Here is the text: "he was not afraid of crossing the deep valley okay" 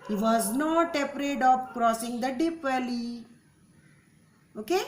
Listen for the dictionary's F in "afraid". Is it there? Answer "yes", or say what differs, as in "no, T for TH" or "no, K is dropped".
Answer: no, P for F